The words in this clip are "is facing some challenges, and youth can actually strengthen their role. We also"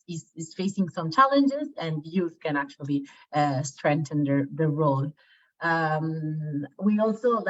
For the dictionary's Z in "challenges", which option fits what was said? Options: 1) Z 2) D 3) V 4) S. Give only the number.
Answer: 1